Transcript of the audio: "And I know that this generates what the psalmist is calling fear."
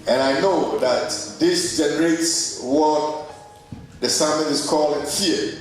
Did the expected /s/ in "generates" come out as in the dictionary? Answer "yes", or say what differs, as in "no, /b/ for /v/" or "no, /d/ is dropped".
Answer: yes